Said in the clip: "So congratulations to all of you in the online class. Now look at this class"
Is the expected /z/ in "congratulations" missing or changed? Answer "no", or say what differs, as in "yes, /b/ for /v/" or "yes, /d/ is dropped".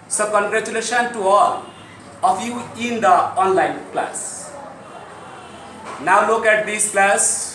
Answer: yes, /z/ is dropped